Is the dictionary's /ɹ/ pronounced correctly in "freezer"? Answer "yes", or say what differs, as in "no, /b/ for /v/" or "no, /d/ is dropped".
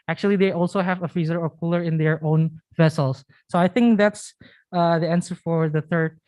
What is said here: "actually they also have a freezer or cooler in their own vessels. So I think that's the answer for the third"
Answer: no, /ɹ/ is dropped